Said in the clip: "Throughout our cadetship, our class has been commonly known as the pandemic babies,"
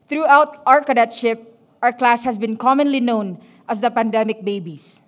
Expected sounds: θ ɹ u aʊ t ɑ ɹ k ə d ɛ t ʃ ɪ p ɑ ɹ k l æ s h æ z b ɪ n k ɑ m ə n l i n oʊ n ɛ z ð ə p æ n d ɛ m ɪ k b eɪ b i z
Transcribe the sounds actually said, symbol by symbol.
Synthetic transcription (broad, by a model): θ ɹ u aʊ t ɑ ɹ k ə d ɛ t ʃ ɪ p ɑ ɹ k l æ s h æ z b ɪ n k ɑ m ə n l i n oʊ n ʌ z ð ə p æ n d ɛ m ɪ k b eɪ b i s